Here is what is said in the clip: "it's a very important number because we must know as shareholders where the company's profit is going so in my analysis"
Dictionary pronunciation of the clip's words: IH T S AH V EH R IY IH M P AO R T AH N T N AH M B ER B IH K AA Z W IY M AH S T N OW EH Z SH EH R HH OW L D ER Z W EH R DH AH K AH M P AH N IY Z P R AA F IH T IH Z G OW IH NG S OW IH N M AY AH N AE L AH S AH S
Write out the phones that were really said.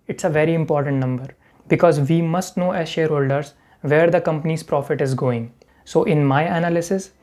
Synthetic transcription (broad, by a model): IH T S AH V EH R IY IH M P AO R T AH N T N AH M B ER B IH K AA Z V IY M AH S T N OW EH Z SH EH R HH OW L D ER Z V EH R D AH K AH M P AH N IY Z P R AA F IH T IH Z G OW IH NG S OW IH N M AY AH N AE L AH S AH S